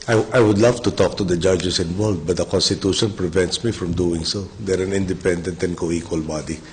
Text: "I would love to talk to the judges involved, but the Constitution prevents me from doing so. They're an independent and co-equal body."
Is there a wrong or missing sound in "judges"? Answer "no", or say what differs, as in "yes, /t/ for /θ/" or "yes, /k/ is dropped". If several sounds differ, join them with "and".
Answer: yes, /s/ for /z/